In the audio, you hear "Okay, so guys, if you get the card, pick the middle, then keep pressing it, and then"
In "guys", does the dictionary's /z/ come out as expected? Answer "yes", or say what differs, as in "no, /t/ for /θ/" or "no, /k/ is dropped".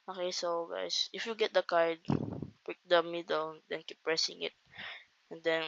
no, /s/ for /z/